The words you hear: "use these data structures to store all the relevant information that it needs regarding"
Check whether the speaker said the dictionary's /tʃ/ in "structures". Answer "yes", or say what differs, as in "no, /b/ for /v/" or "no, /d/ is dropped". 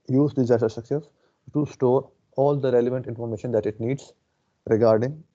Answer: no, /s/ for /tʃ/